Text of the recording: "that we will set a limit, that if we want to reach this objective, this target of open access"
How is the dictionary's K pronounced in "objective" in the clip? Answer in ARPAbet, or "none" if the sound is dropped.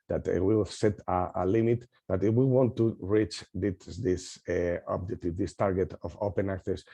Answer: none